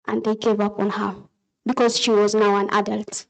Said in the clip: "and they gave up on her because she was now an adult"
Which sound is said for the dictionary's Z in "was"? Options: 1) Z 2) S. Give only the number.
1